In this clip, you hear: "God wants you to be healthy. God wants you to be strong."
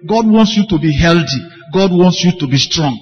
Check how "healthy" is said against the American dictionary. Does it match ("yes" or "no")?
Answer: no